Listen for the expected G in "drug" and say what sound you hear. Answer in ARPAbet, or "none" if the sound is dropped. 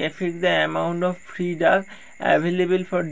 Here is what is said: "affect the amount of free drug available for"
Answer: none